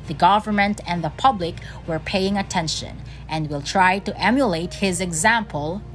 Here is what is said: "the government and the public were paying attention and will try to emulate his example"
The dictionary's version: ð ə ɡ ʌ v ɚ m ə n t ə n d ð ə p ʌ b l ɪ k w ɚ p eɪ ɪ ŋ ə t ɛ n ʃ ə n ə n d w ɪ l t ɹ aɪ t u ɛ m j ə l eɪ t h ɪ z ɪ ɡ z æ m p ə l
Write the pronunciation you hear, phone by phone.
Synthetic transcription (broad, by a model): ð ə ɡ ʌ v ɚ m ə n t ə n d ð ə p ʌ b l ɪ k w ɚ p eɪ ɪ ŋ ə t ɛ n ʃ ə n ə n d w ɪ l t ɹ aɪ t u ɛ m j ə l eɪ t h ɪ z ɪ ɡ z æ m p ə l